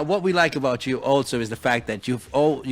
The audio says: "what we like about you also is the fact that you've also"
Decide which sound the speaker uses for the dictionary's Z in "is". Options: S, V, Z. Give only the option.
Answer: Z